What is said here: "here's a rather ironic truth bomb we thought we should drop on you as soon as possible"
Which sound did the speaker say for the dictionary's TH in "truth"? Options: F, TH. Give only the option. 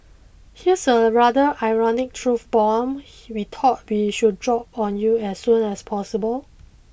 F